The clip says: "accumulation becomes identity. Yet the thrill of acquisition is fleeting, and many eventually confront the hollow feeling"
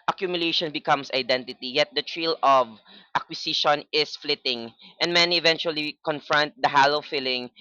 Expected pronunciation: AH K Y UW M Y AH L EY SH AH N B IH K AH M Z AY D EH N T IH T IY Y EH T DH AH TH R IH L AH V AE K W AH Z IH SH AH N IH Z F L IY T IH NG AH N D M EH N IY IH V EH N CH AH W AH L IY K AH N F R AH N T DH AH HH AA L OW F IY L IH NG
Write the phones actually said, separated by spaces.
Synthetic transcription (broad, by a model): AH K Y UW M Y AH L EY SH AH N B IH K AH M S AY D EH N T IH T IY Y EH T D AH T R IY L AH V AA K W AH S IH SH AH N IH S F L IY T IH NG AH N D M EH N IY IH V EH N CH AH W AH L IY K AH N F R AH N T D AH HH AA L OW F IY L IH NG